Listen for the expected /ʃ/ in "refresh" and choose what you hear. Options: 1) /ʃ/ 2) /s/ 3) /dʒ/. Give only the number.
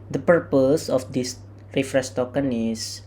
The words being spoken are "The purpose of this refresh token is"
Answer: 2